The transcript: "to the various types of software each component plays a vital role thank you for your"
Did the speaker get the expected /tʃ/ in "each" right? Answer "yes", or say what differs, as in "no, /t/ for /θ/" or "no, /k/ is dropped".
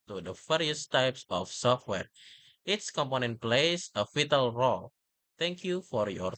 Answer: no, /s/ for /tʃ/